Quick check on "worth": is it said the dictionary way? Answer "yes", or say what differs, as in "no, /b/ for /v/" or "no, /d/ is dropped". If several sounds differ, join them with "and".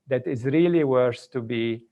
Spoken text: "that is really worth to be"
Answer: no, /s/ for /θ/